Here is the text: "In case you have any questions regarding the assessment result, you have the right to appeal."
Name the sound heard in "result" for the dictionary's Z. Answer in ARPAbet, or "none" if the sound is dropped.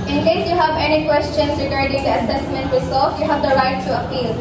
S